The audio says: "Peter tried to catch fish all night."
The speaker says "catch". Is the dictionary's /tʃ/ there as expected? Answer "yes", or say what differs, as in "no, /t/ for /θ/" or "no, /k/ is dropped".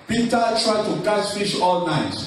no, /s/ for /tʃ/